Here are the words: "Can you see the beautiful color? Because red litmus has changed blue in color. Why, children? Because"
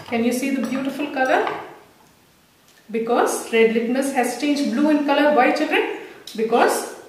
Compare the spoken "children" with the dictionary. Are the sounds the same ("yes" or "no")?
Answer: no